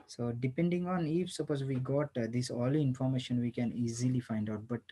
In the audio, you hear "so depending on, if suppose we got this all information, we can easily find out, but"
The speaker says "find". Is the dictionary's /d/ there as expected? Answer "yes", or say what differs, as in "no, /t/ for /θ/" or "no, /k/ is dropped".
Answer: yes